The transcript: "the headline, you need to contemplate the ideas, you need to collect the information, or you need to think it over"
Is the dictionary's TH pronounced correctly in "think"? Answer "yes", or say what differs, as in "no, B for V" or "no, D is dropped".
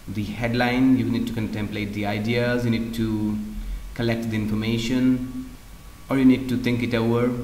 no, T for TH